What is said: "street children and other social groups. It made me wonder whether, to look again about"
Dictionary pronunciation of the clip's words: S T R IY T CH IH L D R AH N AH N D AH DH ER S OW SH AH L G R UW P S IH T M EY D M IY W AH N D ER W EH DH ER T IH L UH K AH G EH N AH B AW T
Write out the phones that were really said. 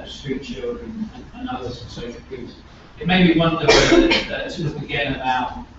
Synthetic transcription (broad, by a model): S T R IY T CH IH L D R AH N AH N AH DH ER S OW SH L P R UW S IH T M EY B IY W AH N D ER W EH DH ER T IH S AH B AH G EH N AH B AW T